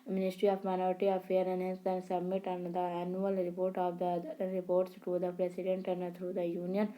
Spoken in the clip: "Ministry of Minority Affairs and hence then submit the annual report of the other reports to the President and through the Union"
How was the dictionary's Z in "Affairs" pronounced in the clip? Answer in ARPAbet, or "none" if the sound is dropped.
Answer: none